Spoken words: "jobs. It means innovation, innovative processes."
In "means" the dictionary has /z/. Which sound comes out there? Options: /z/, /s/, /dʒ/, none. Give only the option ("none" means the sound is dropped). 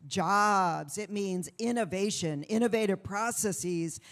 /z/